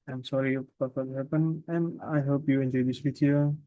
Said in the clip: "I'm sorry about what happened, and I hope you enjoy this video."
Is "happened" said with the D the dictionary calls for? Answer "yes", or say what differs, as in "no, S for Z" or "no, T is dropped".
no, D is dropped